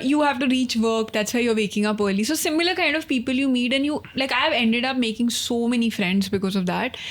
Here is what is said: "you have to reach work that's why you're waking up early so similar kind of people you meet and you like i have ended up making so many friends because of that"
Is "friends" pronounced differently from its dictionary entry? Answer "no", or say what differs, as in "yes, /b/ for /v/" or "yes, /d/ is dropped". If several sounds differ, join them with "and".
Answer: no